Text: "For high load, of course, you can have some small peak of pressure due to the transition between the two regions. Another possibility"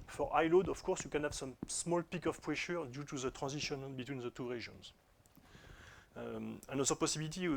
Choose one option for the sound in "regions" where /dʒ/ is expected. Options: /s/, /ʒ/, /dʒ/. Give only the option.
/ʒ/